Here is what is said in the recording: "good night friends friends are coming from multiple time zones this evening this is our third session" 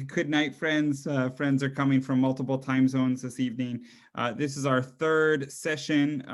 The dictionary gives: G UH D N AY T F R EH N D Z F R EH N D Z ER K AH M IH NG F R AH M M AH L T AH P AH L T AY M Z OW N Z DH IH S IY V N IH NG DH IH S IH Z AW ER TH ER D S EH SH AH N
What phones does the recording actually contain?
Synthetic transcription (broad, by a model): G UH D N AY T F R EH N D Z F R EH N D Z ER K AH M IH NG F R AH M M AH L T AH P L T AY M Z OW N Z DH IH S IY V N IH NG DH IH S IH Z AW ER TH ER D S EH SH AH N